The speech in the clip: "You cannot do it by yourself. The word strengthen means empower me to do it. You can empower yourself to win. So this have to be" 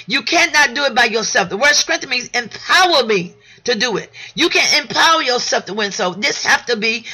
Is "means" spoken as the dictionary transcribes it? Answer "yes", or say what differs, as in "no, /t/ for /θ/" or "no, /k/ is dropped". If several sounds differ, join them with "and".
no, /n/ is dropped